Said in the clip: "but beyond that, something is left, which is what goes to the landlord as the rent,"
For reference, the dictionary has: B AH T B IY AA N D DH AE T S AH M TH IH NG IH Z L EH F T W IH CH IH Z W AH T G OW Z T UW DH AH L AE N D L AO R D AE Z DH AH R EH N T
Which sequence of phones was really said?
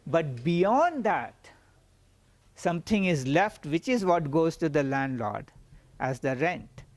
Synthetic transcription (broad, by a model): B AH T B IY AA N D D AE T S AH M T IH NG IH Z L EH F T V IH CH IH Z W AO T G OW Z T UW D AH L AE N D L AO R D AE Z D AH R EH N T